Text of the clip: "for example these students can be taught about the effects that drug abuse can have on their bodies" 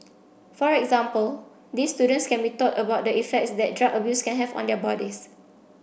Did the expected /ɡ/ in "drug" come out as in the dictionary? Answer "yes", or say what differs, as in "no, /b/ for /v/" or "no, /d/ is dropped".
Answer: no, /ɡ/ is dropped